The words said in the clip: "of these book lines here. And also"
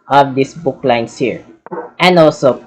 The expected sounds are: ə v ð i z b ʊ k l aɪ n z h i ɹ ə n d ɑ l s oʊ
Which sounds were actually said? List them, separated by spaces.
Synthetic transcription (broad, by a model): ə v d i s b ʊ k l aɪ n s h i ɹ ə n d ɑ l s oʊ